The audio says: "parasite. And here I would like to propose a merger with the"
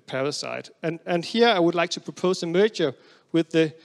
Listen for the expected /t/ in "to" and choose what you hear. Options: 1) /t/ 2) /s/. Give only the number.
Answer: 1